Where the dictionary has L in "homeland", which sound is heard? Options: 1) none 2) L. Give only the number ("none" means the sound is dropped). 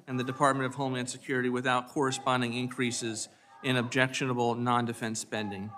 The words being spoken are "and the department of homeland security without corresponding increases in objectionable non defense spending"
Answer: 1